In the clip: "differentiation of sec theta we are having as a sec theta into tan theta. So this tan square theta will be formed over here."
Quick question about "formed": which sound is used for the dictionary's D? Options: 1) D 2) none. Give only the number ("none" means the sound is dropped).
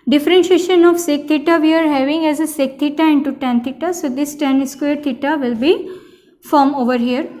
2